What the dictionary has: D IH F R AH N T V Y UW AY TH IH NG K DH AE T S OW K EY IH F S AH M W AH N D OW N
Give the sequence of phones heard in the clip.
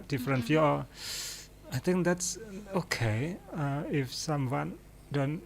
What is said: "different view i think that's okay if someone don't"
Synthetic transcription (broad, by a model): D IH F R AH N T F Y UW AY T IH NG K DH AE T S OW K EY IH F S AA M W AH N D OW N